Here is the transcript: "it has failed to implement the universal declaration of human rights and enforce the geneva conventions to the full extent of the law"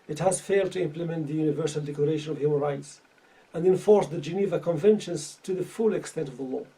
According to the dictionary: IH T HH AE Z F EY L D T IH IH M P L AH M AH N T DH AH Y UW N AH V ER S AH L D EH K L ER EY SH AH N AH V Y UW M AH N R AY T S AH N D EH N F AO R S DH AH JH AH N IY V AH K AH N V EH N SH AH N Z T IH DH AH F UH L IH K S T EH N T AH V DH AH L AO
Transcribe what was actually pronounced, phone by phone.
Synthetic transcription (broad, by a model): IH T HH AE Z F EY L D T IH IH M P L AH M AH N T DH AH Y UW N AH V ER S AH L D EH K L ER EY SH AH N AH V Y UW M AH N R AY T S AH N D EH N F AO R S DH AH JH AH N IY V AH K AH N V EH N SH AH N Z T IH DH AH F UH L IH K S T EH N T AH V DH AH L AO